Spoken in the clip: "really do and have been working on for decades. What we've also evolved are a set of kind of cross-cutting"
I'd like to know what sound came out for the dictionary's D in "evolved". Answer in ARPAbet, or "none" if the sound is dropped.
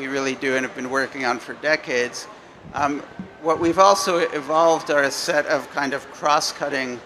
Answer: D